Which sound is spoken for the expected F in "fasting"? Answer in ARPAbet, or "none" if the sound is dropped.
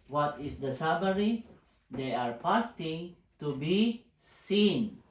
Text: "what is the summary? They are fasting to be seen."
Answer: P